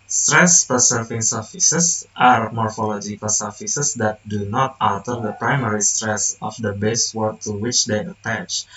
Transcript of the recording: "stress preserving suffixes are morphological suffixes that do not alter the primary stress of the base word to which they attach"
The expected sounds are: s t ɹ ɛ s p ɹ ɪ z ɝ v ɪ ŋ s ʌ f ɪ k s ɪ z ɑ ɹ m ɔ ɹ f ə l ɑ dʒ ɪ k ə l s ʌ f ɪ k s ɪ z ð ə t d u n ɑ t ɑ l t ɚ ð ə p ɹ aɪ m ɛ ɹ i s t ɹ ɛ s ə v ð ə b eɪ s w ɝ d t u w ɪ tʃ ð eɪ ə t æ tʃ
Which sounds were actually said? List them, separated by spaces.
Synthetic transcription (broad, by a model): s t ɹ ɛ s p ɪ s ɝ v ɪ ŋ s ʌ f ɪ s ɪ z ɑ ɹ m ɔ ɹ f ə l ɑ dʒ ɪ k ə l s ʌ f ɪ s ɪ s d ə t d u n ɑ t ɑ l t ɚ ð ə p ɹ aɪ m ɛ ɹ i s t ɹ ɛ s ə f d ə b eɪ s w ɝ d t u w ɪ tʃ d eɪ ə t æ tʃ